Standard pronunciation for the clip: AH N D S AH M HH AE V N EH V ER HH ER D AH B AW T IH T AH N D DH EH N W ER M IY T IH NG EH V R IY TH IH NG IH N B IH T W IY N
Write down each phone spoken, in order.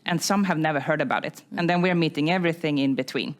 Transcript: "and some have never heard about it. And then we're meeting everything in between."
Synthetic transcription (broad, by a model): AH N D S AH M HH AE V N EH V ER HH ER D AH B AW T IH T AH N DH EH N W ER M IY T IH NG EH V R IY TH IH NG IH N B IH T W IY N